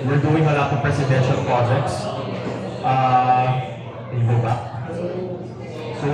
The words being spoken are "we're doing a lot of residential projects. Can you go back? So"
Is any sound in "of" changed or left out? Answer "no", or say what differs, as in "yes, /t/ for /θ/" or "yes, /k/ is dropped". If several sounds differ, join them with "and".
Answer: yes, /p/ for /v/